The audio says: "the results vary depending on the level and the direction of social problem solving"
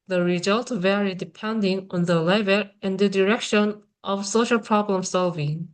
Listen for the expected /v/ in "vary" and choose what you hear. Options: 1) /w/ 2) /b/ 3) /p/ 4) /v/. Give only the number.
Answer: 4